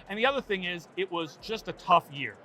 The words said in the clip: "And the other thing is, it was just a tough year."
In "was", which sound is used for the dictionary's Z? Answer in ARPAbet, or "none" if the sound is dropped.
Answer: Z